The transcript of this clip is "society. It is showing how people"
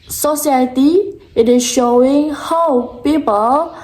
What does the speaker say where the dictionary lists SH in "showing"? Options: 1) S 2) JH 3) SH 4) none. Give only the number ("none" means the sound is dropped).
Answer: 3